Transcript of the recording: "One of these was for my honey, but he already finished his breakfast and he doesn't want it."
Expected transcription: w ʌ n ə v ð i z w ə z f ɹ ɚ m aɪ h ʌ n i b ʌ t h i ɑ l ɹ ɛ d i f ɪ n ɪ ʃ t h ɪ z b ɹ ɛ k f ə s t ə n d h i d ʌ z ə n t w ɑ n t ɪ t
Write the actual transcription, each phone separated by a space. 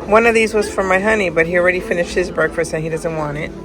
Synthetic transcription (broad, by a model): w ʌ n ə v ð i z w ə z f ɹ ɚ m aɪ h ʌ n i b ʌ t h i l ɹ ɛ d i f ɪ n ɪ ʃ t h ɪ z b ɹ ɛ k f ə s t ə n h i d ʌ z ə n t w ɑ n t ɪ t